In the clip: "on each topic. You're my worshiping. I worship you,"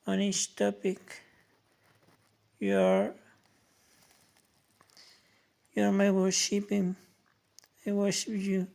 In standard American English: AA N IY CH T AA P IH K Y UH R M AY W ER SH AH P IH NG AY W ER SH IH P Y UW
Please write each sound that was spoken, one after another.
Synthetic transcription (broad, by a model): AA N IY S T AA P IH K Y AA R M AY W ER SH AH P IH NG AY W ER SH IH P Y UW